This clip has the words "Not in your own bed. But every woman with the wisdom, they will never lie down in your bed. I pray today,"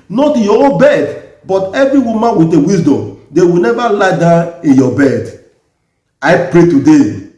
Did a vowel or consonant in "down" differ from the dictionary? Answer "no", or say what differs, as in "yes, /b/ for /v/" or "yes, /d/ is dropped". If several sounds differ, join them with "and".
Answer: yes, /n/ is dropped